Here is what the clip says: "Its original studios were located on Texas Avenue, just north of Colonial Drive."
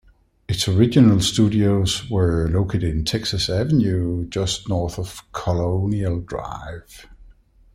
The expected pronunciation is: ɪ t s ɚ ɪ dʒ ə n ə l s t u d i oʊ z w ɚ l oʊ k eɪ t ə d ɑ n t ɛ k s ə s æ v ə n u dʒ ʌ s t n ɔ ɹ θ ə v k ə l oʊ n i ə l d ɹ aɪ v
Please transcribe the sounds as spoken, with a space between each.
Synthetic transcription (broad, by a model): ɪ t s ɚ ɪ dʒ ə n ə l s t u d i oʊ z w ɚ l oʊ k eɪ t ə d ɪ n t ɛ k s ə s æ v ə n u dʒ ʌ s t n ɔ ɹ θ ə v k ə l oʊ n i ə l d ɹ aɪ v